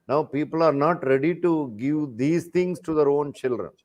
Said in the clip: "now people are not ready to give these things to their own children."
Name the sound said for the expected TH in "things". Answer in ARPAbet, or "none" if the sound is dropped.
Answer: T